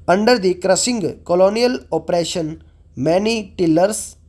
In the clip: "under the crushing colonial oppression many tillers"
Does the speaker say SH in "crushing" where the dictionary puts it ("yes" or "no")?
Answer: no